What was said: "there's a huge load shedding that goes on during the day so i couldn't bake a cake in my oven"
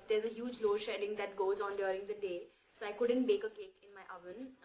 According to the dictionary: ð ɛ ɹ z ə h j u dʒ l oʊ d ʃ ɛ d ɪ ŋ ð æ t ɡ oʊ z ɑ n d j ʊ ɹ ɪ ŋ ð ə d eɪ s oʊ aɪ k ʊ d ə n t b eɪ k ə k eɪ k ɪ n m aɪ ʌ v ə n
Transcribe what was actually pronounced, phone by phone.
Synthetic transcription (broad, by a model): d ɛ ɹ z ə h j u dʒ l oʊ ʃ ɛ d ɪ ŋ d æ t ɡ oʊ z ɑ n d j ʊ ɹ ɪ ŋ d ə d eɪ s oʊ aɪ k ʊ d ə n t b eɪ k ə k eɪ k ɪ n m aɪ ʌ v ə n